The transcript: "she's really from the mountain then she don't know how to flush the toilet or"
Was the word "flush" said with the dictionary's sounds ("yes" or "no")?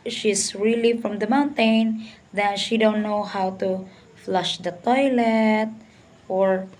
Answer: yes